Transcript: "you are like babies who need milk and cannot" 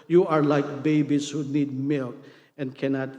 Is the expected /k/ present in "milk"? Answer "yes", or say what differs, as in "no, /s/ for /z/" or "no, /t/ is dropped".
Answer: yes